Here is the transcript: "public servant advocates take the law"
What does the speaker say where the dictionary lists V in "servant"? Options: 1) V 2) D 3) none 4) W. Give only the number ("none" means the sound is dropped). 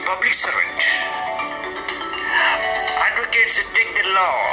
3